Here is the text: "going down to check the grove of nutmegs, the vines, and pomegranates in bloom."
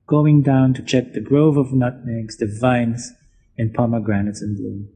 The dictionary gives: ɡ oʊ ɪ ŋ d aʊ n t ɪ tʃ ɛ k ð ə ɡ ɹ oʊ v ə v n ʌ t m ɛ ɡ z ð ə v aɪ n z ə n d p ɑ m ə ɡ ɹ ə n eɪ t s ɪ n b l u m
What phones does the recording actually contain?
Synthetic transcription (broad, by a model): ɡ oʊ ɪ ŋ d aʊ n t ɪ tʃ ɛ k ð ə ɡ ɹ oʊ v ə v n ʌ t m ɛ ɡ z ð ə v aɪ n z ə n p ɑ m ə ɡ ɹ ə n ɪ t s ɪ n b l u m